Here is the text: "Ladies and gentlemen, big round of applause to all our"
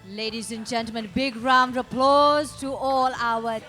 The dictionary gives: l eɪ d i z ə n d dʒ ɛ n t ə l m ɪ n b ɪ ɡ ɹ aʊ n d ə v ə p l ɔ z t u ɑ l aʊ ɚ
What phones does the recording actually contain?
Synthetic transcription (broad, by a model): l eɪ d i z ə n dʒ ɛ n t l m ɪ n b ɪ ɡ ɹ aʊ n d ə ə p l ɔ z t u ɑ l aʊ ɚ